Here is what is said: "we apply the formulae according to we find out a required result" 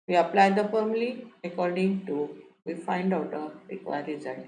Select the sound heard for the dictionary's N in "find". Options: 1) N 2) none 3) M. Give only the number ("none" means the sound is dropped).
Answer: 1